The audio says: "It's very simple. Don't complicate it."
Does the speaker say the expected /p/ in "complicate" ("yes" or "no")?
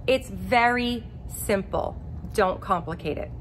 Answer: yes